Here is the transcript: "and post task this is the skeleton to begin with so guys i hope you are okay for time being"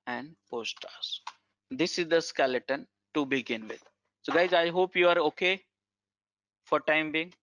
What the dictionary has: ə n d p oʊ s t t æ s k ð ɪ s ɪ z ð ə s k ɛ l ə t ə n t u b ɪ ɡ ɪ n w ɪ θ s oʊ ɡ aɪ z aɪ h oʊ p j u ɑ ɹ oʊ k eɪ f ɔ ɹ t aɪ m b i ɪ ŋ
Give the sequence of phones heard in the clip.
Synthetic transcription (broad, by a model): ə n d p oʊ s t t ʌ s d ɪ s ɪ z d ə s k ɛ l ə t ə n t u b ɪ ɡ ɪ n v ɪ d s oʊ ɡ aɪ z aɪ h oʊ p j u ɑ ɹ oʊ k eɪ f ɔ ɹ t aɪ m b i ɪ ŋ